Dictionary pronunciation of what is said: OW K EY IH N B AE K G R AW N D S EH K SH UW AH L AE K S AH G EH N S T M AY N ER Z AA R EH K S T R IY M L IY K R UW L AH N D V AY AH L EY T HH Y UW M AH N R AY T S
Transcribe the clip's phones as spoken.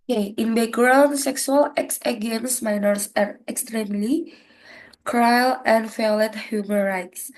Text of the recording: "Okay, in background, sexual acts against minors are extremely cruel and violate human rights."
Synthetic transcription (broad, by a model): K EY IH N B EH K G R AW N S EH K S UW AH L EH K S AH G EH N S M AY N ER S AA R EH K S T R IY M L IY K R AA L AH N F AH L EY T HH Y UW M AH N R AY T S